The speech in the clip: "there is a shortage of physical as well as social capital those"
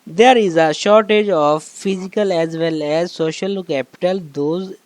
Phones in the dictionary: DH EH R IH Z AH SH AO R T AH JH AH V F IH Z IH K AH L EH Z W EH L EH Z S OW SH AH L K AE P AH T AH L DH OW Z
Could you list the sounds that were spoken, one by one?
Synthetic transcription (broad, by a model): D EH R IH Z AH SH AO R T AH JH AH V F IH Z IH K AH L EH Z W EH L EH Z S OW SH AH L K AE P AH T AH L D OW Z